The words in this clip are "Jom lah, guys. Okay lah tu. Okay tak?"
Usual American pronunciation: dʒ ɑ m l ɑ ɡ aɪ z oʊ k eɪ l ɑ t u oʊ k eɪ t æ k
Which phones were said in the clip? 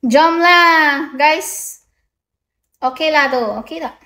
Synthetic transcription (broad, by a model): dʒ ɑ m l ɑ ɡ aɪ s oʊ k eɪ l ɑ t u oʊ k eɪ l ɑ